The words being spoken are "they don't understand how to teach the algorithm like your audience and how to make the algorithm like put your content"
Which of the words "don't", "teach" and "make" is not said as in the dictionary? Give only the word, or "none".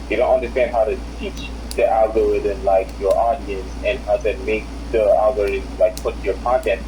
none